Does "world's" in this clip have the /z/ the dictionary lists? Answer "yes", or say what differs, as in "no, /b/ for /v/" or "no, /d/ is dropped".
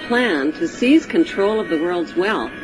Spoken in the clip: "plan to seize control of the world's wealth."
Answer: yes